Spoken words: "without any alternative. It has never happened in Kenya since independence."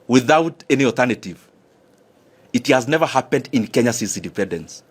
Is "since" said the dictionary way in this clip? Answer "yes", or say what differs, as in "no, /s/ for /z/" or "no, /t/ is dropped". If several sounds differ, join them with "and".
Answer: no, /n/ is dropped